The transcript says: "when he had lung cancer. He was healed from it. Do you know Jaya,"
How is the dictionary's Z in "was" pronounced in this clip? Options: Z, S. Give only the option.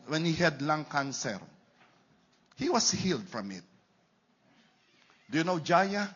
S